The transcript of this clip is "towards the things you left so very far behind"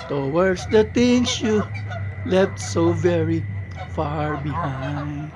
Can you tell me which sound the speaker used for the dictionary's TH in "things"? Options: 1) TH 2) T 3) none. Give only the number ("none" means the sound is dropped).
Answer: 2